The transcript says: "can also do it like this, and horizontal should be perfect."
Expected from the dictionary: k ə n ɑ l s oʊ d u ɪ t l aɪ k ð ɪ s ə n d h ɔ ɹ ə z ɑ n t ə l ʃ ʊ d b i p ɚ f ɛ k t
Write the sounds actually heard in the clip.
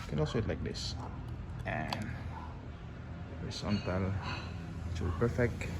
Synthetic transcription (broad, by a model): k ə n ɑ l s oʊ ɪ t l aɪ k ð ɪ s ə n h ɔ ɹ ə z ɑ n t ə l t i p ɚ f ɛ k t